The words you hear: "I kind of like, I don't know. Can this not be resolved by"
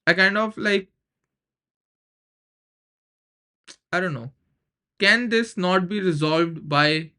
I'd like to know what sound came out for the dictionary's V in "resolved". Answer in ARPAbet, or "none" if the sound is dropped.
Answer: V